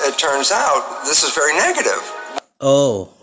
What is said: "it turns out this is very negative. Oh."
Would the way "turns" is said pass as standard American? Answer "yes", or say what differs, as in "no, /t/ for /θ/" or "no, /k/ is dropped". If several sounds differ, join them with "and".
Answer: yes